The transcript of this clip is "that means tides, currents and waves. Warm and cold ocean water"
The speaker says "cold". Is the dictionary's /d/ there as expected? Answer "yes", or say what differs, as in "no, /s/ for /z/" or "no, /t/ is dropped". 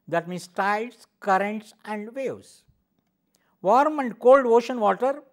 yes